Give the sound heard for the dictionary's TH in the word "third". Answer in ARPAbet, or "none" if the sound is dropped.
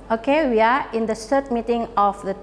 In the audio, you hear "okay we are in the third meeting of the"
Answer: S